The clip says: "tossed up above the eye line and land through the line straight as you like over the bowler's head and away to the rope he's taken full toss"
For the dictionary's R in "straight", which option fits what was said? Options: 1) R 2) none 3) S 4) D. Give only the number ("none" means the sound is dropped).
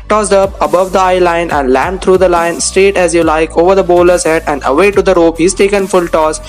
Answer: 1